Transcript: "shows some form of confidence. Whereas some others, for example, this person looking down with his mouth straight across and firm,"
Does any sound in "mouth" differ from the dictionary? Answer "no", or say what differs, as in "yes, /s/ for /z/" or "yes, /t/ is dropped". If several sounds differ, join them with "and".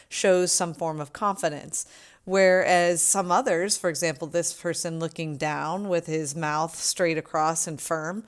no